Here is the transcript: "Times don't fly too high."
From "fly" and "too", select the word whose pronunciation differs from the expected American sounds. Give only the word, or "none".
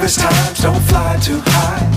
none